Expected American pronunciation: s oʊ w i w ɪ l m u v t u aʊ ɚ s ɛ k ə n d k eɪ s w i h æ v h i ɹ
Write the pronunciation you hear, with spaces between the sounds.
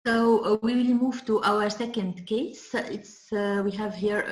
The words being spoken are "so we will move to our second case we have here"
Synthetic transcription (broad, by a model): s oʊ w i w ɪ l m u v t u aʊ ɚ s ɛ k ə n d k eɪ s w i h æ v h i ɹ